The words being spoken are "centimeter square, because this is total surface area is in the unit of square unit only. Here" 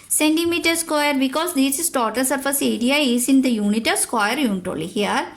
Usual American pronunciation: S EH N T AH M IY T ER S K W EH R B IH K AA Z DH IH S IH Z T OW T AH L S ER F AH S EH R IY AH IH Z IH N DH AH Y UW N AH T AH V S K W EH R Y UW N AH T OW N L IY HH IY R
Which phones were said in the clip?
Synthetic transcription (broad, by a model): S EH N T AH M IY T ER S K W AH R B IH K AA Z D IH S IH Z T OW T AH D S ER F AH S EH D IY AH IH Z IH N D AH Y UW N AH T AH S K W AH R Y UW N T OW L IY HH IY R